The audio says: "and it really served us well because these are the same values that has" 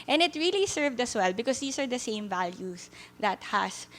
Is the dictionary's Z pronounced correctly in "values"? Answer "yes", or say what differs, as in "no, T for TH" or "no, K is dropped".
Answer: no, S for Z